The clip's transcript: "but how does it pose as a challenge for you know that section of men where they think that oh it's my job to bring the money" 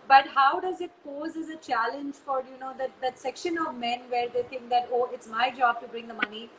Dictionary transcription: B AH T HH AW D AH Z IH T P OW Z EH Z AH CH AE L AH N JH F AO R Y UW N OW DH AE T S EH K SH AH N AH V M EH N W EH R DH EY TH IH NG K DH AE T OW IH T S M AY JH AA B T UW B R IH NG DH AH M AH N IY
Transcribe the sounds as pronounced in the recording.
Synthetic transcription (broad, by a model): B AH T HH AW D AH Z IH T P OW Z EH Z AH CH AE L AH N JH F AO R Y UW N OW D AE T S EH K SH AH N AH V M EH N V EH R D EY T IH NG K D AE T OW IH T S M AY JH AA B T UW B R IH NG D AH M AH N IY